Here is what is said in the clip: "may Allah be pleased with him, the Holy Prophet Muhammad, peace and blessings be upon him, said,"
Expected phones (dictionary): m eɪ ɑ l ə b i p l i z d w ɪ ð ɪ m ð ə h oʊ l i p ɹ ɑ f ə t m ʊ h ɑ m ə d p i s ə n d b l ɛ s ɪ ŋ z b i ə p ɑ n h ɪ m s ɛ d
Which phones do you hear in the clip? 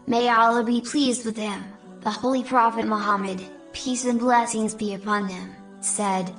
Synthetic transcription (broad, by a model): m eɪ ɑ l ə b i p l i z d w ɪ ð ɪ m ð ə h oʊ l i p ɹ ɑ f ə t m ʊ h ɑ m ə d p i s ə n b l ɛ s ɪ ŋ z b i ə p ɑ n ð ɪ m s ɛ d